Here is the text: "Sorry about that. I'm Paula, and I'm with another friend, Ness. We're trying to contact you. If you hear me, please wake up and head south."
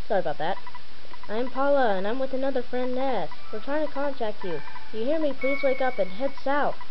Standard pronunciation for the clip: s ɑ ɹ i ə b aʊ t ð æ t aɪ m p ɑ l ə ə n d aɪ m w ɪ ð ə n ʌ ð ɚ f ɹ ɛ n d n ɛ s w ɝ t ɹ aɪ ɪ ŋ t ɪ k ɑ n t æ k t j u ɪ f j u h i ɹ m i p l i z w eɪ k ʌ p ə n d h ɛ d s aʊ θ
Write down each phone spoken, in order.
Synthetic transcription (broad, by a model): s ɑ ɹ ə b aʊ t ð æ t aɪ m p ɑ l ə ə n aɪ m w ɪ ð ə n ʌ ð ɚ f ɹ ɛ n n ɛ s w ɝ t ɹ aɪ ɪ ŋ t ɪ k ɑ n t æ k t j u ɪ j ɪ h i ɹ m i p l i z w eɪ k ʌ p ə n h ɛ d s aʊ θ